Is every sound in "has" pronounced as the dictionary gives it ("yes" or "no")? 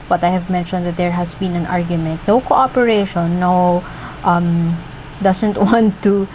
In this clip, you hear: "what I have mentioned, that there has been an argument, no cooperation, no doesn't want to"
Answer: no